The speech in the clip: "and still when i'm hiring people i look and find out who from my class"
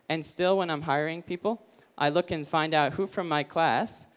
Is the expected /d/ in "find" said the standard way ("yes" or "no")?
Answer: yes